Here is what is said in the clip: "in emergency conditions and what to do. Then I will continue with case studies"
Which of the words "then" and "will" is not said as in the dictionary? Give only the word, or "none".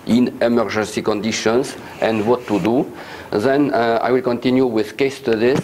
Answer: none